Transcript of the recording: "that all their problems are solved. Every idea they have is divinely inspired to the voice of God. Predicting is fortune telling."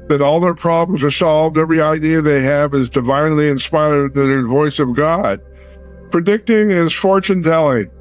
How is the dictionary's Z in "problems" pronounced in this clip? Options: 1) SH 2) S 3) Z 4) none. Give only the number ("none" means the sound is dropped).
3